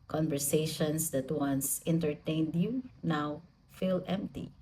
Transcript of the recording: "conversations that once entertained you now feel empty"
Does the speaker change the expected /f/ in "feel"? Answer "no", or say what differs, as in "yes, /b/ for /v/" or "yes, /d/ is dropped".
no